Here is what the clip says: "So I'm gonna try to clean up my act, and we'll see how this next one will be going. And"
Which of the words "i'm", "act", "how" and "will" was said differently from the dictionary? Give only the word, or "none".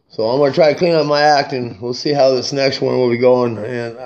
none